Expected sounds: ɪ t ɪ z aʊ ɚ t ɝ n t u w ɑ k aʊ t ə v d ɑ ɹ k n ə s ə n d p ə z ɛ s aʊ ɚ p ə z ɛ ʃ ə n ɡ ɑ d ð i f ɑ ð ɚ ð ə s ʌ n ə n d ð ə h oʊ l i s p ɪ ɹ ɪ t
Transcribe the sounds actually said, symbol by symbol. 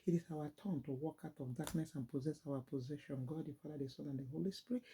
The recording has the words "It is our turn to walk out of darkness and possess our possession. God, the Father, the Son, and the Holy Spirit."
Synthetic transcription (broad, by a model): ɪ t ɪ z aʊ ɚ t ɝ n t u w ɑ k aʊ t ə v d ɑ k n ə s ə n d p ə z ɛ s aʊ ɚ p ə z ɛ ʃ ə n ɡ ɑ d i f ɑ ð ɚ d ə s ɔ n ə n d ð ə h oʊ l i s p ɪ ɹ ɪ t